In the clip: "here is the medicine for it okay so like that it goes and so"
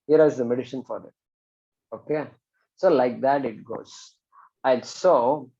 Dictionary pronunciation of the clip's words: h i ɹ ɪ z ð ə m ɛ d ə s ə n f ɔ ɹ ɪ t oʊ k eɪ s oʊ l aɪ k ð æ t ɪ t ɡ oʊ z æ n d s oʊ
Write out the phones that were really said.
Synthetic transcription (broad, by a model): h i ɹ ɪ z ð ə m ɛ d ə ʃ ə n f ɔ ɹ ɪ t oʊ k eɪ s oʊ l aɪ k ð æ t ɪ t ɡ oʊ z æ n d s oʊ